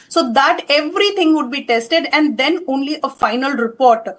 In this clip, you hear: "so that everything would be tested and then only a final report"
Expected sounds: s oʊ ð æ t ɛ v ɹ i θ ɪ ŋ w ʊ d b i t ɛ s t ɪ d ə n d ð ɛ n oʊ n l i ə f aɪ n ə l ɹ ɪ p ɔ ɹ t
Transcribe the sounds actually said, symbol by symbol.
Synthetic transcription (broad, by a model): s oʊ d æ t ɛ v ɹ i t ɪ ŋ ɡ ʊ d b i t ɛ s t ɪ d ə n d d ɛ n oʊ n l i ə f aɪ n ə l ɹ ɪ p ɔ ɹ t